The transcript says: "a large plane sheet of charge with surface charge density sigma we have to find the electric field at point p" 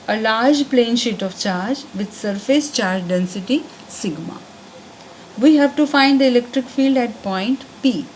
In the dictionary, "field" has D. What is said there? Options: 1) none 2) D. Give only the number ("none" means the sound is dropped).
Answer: 2